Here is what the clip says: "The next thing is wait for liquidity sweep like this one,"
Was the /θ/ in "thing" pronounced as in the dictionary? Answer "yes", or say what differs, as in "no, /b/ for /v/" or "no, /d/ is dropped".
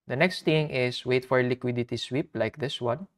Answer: no, /t/ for /θ/